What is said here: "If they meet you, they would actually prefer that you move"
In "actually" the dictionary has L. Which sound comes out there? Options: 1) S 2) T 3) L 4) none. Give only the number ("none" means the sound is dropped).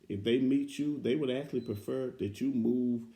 3